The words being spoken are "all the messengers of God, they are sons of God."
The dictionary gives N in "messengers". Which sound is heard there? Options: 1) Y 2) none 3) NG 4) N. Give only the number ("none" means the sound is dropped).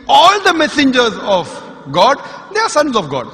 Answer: 4